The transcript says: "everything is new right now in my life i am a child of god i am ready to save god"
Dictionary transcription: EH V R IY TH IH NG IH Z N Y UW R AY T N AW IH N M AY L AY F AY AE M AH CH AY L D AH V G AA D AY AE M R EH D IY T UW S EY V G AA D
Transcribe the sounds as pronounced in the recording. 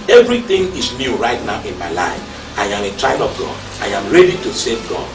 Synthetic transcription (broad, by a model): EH V R IY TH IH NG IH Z N Y UW R AY T N AW IH N M AY L AY F AY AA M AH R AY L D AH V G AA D AY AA M R EH D IY T UW S EY V G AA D